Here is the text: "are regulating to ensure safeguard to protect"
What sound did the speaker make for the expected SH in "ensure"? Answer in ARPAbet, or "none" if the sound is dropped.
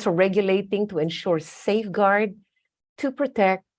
SH